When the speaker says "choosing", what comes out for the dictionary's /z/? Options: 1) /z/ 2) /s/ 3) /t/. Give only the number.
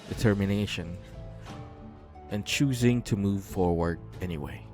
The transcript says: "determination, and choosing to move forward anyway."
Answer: 1